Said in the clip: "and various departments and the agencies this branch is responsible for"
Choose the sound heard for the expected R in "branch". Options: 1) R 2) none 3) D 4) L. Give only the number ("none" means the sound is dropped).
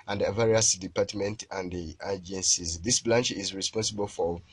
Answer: 4